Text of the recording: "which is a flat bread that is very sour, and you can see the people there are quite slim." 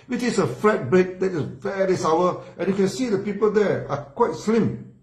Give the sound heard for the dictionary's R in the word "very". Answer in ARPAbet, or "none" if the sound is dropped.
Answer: L